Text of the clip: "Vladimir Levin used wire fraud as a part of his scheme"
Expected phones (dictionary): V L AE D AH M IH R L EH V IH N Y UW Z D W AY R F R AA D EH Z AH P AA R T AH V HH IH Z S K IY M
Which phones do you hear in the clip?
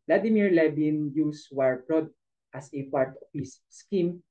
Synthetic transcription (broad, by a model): L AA D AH M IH R L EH B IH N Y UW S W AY R P R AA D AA S AH P AA R T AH F HH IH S S K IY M